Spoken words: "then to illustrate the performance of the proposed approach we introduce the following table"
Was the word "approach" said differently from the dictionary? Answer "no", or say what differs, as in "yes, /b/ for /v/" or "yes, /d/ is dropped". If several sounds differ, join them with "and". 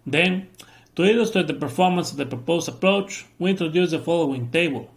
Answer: no